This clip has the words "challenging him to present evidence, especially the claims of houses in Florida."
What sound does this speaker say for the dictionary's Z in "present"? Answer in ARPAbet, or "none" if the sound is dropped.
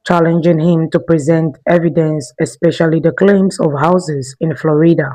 Z